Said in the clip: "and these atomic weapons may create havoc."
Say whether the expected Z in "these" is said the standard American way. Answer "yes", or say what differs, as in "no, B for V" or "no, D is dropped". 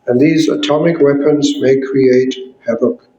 yes